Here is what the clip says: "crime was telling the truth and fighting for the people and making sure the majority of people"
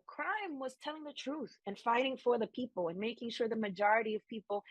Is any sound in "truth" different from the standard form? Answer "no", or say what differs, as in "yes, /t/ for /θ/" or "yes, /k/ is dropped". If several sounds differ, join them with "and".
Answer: no